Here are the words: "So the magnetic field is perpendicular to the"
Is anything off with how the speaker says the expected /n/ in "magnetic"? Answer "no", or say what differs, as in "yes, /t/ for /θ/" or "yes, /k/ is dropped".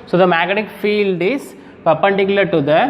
yes, /n/ is dropped